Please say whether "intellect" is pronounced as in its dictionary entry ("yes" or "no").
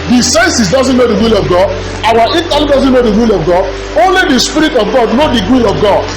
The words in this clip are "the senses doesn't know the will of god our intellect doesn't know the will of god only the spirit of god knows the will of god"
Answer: no